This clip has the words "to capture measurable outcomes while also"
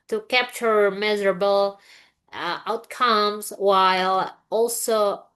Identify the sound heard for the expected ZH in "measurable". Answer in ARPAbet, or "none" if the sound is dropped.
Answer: Z